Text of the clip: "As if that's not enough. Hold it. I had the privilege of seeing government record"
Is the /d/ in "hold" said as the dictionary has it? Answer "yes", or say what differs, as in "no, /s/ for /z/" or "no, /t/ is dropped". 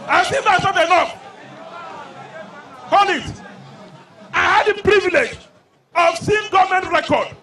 no, /d/ is dropped